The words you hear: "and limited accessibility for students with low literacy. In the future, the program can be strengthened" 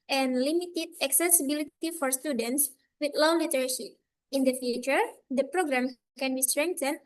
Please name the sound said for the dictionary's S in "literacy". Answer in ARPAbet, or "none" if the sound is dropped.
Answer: SH